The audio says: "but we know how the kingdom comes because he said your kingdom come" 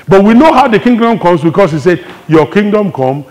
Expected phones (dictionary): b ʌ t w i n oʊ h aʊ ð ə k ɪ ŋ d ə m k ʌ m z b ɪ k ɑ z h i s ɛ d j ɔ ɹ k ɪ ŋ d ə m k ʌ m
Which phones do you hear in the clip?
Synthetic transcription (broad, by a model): b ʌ t w i n oʊ h aʊ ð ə k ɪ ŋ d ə m k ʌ m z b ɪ k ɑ s h i s ɛ d j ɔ k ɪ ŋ d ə m k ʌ m